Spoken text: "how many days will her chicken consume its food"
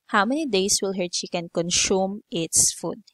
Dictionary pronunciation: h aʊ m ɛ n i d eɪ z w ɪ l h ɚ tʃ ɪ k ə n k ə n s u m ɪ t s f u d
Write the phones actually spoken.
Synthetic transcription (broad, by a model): h aʊ m ɛ n i d eɪ s w ɪ l h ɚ ʃ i k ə n k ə n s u m ɪ t s f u d